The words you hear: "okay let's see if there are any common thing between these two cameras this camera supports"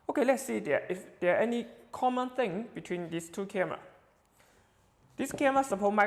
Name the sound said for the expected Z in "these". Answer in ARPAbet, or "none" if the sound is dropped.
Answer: S